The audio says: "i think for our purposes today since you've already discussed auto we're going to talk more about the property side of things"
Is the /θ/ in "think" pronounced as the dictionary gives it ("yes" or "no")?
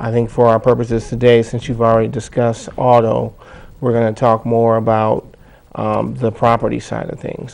yes